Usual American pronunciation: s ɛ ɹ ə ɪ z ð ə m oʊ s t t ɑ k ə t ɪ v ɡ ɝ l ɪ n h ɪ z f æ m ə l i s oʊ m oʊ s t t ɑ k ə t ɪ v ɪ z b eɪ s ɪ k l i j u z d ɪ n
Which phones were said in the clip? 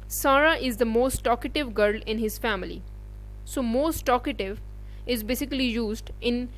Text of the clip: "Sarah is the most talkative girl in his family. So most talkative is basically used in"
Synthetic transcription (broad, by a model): s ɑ ɹ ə ɪ z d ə m oʊ s t t ɑ k ə t ɪ v ɡ ɝ l ɪ n h ɪ z f æ m ə l i s oʊ m oʊ s t t ɑ k ə t ɪ v ɪ z b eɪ s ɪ k l i j u z d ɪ n